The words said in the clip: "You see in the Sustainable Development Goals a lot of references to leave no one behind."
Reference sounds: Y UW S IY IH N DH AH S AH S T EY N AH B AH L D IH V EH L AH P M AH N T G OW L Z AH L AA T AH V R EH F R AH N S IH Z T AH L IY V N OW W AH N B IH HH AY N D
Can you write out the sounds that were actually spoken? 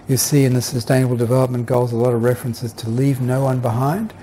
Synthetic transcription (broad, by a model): Y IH S IY IH N DH AH S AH S T EY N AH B L D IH V EH L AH P M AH N G OW L Z AH L AA T AH V R EH F R AH N S IH Z T AH L IY V N OW W AH N B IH HH AY N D